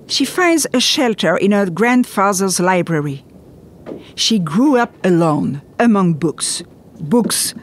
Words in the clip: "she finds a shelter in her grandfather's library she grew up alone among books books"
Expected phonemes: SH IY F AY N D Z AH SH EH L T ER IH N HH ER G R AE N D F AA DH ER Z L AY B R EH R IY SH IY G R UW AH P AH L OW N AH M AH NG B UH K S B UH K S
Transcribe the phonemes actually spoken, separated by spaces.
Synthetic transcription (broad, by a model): SH IY F AY N D Z AH SH EH L T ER IH N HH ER G R AE N D F AA DH ER Z L AY B R EH R IY SH IY G R UW AH P AH L OW N AH M AH NG B UH K S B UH K S